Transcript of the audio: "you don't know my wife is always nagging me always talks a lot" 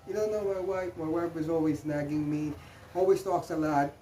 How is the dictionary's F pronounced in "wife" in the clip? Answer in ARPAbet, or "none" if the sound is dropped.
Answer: P